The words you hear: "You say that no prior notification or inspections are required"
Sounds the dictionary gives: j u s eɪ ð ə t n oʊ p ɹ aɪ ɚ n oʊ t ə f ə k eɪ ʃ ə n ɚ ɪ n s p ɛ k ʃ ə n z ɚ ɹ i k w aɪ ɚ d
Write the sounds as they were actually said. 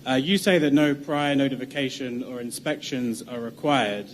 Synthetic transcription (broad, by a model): j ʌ s eɪ ð ə t n oʊ p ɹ aɪ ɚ n oʊ t ə f ə k eɪ ʃ ə n ɚ ɪ n s p ɛ k ʃ ə n z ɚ ɹ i k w aɪ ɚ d